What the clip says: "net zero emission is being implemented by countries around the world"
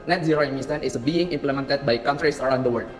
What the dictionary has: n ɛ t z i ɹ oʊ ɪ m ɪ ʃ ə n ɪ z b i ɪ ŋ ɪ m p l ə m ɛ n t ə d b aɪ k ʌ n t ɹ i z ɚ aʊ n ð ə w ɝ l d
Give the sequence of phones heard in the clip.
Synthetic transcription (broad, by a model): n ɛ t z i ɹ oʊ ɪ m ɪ s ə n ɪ s b i ɪ ŋ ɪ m p l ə m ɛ n t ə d b aɪ k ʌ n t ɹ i s ɚ aʊ n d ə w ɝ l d